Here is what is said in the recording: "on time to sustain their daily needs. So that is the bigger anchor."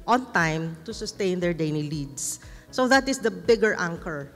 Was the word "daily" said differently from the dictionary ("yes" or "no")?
yes